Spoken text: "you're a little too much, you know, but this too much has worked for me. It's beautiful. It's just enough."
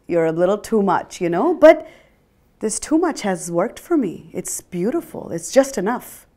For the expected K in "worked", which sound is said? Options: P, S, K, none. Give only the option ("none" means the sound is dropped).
K